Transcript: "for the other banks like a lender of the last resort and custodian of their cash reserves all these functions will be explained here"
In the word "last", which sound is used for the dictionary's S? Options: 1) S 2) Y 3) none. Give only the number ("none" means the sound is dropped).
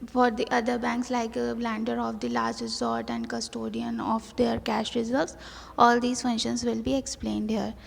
3